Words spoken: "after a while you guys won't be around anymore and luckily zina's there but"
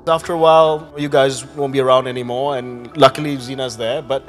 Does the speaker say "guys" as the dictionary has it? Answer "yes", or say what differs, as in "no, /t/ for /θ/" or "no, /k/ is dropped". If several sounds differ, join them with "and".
yes